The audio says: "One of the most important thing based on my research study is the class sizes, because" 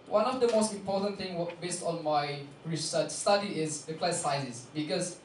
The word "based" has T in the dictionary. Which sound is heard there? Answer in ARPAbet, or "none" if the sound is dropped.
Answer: T